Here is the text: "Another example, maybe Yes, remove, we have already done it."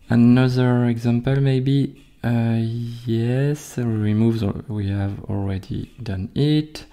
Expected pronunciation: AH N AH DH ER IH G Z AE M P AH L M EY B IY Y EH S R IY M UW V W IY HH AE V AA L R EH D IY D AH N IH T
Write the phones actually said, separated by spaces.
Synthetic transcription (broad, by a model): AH N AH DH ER IH G Z AE M P AH L M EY B IY Y EH S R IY M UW V W IY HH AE V AA L R EH D IY D AH N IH T